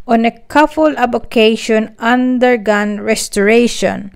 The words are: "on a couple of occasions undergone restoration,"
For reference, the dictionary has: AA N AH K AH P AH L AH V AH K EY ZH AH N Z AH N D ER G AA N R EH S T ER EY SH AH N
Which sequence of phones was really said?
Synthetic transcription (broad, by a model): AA N AH K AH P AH L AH B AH K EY SH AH N AH N D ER G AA N R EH S T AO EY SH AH N